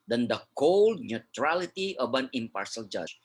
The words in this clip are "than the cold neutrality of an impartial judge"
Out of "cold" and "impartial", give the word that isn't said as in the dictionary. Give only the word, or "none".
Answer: impartial